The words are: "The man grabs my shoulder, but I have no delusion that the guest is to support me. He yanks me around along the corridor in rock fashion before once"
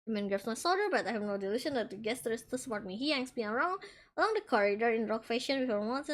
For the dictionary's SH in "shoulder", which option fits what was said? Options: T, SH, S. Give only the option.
S